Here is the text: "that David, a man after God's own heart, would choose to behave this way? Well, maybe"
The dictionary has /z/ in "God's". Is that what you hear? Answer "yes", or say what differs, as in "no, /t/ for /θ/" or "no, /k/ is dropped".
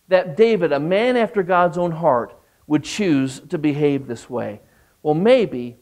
yes